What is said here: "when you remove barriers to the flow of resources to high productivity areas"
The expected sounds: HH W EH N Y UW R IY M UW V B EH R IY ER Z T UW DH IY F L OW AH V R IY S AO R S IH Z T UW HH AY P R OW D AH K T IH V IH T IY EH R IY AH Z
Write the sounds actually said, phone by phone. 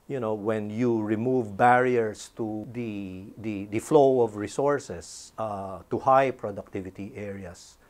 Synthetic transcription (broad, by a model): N W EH N Y UW R IY M UW V B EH R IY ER S T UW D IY F L OW AH V R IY S AO R S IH S T UW HH AY P R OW D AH K T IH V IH T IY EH R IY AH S